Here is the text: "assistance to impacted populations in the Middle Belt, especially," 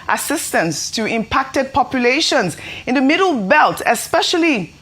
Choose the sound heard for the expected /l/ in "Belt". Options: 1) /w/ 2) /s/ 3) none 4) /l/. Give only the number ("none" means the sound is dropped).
4